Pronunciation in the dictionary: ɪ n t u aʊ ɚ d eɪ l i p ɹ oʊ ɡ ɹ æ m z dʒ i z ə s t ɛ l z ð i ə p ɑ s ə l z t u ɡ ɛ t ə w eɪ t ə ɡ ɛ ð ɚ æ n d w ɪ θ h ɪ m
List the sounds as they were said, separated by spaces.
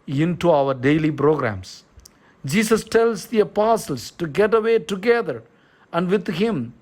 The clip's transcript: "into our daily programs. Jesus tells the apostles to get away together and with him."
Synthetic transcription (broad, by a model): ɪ n t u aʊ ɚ d eɪ l i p ɹ oʊ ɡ ɹ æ m s dʒ i s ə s t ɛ l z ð i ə p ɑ s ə l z t u ɡ ɛ t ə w eɪ t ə ɡ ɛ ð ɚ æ n d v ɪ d h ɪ m